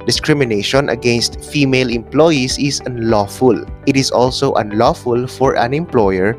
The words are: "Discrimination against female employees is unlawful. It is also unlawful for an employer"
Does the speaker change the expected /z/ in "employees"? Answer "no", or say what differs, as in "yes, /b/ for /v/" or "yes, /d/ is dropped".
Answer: yes, /s/ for /z/